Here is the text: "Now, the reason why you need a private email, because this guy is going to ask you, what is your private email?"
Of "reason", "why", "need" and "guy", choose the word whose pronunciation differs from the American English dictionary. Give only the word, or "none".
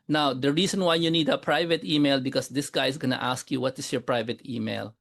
reason